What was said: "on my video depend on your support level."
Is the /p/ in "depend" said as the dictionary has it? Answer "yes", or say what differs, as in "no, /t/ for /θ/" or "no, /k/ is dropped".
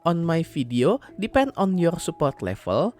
yes